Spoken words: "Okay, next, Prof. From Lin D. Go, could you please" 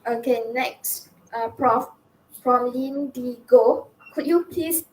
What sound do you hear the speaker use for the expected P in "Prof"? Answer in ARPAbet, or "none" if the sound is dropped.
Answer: P